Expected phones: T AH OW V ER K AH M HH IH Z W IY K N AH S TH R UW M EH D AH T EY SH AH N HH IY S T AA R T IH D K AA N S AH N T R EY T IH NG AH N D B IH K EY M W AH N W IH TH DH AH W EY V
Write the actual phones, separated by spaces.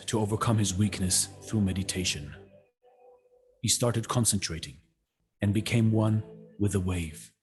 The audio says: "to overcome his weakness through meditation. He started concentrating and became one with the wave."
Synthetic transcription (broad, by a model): T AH OW V ER K AH M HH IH Z W IY K N AH S TH R UW M EH D AH T EY SH AH N HH IY S T AA R T IH D K AA N S AH N T R EY T IH NG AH N B IH K EY M W AH N W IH DH AH W EY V